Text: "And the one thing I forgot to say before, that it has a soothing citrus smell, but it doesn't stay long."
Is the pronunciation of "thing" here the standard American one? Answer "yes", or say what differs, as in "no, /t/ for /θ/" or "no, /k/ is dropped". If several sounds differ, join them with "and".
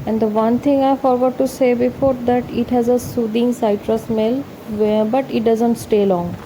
no, /t/ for /θ/